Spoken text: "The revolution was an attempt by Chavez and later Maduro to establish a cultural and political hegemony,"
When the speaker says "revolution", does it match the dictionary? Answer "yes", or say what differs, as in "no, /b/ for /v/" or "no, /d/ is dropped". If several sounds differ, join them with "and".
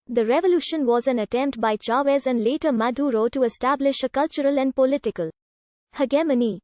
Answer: yes